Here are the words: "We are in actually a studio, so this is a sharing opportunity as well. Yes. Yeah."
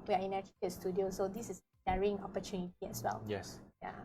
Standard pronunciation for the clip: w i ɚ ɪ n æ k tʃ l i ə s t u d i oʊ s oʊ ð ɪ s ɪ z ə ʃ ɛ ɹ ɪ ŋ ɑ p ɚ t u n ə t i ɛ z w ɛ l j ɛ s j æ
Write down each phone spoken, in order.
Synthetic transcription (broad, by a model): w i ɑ ɪ n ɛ tʃ i ə s t u d i oʊ s oʊ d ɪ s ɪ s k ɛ ɹ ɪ ŋ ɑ p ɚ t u n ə t i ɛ s w ɛ l j ɛ s j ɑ